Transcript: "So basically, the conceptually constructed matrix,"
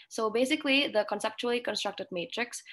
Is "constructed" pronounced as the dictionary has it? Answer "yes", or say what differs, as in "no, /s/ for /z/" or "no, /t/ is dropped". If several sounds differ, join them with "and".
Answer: yes